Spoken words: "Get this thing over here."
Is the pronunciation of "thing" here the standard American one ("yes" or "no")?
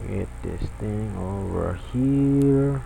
no